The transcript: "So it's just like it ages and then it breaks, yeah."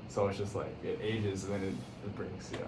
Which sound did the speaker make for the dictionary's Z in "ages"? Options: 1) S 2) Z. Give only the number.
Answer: 2